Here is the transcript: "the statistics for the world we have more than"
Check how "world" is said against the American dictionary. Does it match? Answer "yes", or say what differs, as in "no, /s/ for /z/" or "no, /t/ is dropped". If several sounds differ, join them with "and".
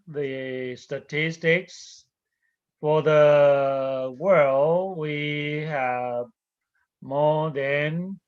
yes